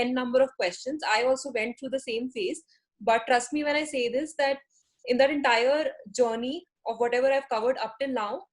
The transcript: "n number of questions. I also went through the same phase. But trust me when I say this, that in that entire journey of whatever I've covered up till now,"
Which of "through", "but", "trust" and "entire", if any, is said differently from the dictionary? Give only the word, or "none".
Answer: through